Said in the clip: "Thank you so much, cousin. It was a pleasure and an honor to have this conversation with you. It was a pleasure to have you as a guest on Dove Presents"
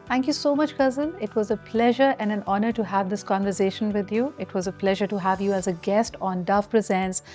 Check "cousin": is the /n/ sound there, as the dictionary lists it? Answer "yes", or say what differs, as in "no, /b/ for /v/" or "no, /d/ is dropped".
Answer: no, /l/ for /n/